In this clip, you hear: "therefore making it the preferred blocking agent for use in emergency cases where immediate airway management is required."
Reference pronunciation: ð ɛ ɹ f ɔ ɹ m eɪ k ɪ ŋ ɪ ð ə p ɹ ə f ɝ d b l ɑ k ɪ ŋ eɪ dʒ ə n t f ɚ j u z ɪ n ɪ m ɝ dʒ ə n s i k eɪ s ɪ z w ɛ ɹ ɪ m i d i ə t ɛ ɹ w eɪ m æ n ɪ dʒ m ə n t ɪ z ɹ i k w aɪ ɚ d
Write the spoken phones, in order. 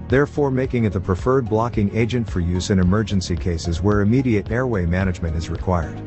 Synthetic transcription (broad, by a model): ð ɛ ɹ f ɔ ɹ m eɪ k ɪ ŋ ɪ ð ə p ɹ ə f ɝ d b l ɑ k ɪ ŋ eɪ dʒ ə n t f ɚ j u z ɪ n ɪ m ɝ dʒ ə n s i k eɪ s ɪ z w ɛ ɹ ɪ m i d i ə t ɛ ɹ w eɪ m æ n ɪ dʒ m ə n t ɪ z ɹ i k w aɪ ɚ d